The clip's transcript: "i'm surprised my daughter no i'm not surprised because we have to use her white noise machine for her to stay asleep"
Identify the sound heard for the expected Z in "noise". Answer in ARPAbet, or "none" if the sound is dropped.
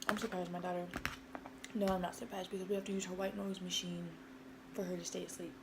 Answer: Z